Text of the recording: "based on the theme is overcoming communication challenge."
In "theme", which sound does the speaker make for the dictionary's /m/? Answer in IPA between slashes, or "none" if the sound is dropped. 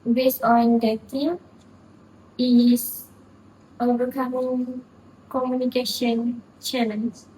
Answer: none